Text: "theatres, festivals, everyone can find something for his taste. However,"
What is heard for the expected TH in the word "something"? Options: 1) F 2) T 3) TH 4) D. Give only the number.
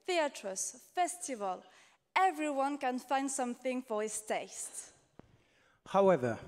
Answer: 3